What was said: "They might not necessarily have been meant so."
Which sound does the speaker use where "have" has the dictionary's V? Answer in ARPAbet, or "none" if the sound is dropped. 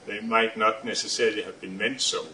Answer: V